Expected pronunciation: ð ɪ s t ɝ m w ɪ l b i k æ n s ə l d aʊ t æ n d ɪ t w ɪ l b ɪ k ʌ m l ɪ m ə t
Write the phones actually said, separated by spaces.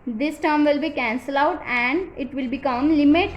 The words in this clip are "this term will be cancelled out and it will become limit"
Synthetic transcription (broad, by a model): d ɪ s t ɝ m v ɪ l b i k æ n s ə l aʊ t æ n d ɪ t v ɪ l b ɪ k ʌ m l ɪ m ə t